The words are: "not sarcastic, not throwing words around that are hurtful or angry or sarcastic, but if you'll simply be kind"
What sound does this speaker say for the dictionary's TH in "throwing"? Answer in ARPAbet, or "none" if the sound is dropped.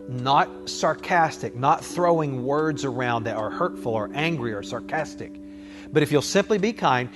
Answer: TH